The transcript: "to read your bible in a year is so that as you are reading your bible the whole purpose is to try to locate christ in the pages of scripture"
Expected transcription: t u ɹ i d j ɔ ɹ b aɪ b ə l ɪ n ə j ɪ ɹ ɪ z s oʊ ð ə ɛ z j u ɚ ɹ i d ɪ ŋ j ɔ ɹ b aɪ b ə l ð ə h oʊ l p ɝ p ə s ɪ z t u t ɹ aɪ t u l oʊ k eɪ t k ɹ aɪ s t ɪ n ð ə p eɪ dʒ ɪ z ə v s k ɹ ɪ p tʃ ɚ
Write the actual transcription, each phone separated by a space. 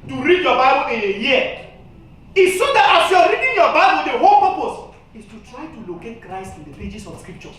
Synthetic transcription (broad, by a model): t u ɹ i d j ɔ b aɪ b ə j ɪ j ə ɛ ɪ s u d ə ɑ s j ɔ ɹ i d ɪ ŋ j ɔ b aɪ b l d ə h oʊ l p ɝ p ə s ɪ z t u t ɹ aɪ t u l oʊ k eɪ t k ɹ aɪ s t ɪ n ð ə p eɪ dʒ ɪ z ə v s k ɹ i p tʃ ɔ